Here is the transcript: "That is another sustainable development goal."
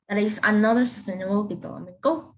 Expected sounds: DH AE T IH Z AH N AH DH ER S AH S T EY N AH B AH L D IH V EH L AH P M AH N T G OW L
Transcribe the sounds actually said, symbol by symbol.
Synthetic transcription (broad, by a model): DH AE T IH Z AH N AH DH ER S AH S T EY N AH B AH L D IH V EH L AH M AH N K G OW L